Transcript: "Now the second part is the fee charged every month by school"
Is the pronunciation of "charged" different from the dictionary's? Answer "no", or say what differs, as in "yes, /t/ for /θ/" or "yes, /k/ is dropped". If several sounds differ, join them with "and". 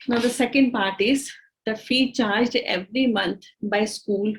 no